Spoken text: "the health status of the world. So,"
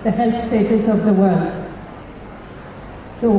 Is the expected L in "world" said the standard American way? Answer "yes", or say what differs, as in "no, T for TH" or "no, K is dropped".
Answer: yes